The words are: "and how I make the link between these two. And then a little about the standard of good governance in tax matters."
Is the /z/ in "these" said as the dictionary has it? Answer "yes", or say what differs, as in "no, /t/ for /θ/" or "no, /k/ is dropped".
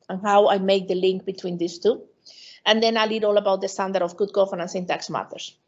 no, /s/ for /z/